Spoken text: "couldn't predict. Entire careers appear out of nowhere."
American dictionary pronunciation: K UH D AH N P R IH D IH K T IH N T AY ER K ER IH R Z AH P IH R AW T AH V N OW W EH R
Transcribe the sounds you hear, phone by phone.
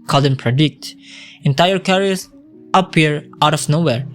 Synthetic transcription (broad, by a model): K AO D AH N P R IH D IH K T IH N T AY ER K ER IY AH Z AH P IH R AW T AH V N OW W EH R